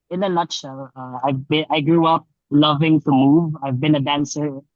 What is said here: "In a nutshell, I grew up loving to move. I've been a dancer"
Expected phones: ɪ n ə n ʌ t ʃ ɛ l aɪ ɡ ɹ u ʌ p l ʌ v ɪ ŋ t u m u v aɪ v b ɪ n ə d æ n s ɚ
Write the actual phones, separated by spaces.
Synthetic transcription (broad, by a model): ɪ n ə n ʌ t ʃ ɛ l aɪ ɡ ɹ u ʌ p l ʌ v ɪ ŋ t u m u v aɪ v b ɪ n ə d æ n s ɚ